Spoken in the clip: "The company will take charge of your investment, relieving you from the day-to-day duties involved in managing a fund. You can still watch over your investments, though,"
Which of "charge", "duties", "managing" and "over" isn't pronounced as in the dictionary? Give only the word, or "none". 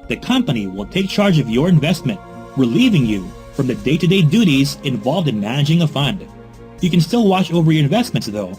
none